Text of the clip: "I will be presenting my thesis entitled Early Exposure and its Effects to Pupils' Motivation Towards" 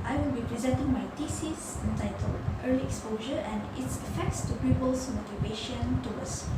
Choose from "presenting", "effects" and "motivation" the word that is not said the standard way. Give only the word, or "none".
none